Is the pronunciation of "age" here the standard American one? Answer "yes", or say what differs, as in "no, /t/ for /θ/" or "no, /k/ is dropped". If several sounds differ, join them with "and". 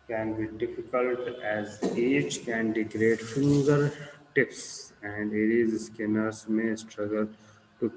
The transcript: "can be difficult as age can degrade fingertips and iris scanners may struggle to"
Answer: no, /tʃ/ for /dʒ/